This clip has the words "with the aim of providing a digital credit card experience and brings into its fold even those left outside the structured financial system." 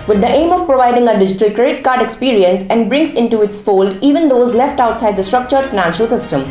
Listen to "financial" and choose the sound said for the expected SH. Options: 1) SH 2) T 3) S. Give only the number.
1